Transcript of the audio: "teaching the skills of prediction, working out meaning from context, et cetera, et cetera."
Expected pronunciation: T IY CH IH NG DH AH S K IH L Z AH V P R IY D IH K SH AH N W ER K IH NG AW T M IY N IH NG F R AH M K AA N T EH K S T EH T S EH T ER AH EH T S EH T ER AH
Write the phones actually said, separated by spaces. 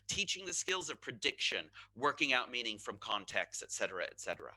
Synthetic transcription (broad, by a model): T IY CH IH NG DH AH S K IH L Z AH V P R IY D IH K SH AH N W ER K IH NG AW T M IY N IH NG F R AH M K AA N T EH K S T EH T S EH T ER AH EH T S EH T ER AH